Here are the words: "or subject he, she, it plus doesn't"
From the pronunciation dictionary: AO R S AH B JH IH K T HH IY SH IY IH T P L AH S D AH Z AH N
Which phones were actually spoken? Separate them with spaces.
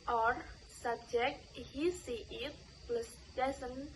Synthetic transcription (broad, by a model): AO R S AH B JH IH K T HH IY S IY IH T P L AH S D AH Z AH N